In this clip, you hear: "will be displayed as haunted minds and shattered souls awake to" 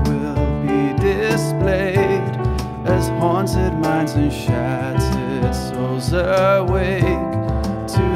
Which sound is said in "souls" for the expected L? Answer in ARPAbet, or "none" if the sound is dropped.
none